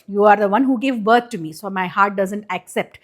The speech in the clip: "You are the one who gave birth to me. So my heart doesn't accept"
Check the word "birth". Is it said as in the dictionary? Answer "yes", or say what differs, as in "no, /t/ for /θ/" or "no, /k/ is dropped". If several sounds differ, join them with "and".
no, /t/ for /θ/